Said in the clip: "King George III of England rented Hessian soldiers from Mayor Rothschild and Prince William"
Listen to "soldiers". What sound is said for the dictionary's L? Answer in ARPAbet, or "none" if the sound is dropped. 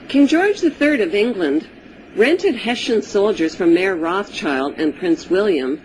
L